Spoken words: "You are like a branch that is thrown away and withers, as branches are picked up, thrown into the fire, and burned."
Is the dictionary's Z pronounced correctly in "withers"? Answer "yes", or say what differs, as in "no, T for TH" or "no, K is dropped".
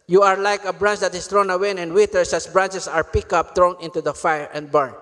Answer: no, S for Z